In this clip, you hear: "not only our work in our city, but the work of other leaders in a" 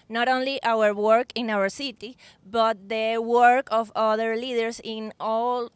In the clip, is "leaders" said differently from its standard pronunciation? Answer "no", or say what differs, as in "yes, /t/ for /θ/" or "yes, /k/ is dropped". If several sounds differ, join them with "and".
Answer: yes, /s/ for /z/